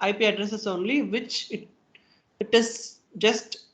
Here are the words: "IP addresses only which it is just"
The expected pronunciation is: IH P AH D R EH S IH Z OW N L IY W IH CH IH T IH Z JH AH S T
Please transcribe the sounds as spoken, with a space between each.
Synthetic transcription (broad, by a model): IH P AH D R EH S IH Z OW N L IY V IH CH IH T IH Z JH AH S T